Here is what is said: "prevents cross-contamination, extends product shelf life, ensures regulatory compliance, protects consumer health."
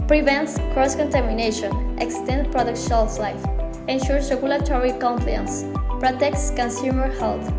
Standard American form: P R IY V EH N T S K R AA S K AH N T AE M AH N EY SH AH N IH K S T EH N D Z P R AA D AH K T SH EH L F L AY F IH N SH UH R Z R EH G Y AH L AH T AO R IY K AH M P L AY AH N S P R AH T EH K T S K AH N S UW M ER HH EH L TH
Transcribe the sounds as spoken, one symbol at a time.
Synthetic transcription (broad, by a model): P R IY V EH N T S K R AA S K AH N T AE M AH N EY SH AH N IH K S T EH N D P R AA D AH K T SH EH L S L AY F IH N SH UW R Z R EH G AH L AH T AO R IY K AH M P L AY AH N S P R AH T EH K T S K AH N S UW M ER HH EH L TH